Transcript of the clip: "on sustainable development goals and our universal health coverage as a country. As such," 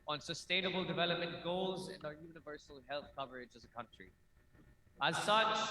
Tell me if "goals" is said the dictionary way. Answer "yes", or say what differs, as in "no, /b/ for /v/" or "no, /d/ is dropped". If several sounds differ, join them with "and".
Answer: yes